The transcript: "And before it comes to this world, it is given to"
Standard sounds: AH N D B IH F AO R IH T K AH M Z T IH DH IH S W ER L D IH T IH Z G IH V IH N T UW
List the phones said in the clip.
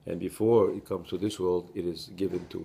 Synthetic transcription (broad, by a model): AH N B IH F AO R IH T K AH M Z T IH DH IH S W ER L D IH T IH Z G IH V IH N T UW